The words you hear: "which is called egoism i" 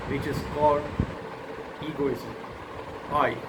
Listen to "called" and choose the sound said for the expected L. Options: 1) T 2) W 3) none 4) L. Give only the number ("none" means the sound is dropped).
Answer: 3